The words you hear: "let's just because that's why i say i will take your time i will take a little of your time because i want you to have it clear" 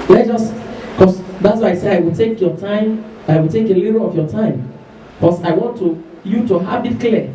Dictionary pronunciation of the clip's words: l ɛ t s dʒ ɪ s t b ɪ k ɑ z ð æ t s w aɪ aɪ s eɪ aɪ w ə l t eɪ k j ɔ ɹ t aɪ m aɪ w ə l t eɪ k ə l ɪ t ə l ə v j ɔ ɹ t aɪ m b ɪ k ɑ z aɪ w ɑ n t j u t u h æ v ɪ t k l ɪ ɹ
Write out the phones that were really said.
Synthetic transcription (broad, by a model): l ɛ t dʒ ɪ s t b k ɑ s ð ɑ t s w aɪ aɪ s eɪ aɪ w ə l t eɪ k j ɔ t aɪ m aɪ w ə l t eɪ k ə l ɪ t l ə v j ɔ t aɪ m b k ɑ s aɪ w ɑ n t j u t u h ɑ b ɪ t k l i